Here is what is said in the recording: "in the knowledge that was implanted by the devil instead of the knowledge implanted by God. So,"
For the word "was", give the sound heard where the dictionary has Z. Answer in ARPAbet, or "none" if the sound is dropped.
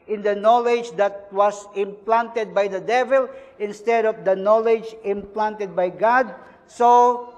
S